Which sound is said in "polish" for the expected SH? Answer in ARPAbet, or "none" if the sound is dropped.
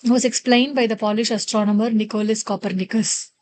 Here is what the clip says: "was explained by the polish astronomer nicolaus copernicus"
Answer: SH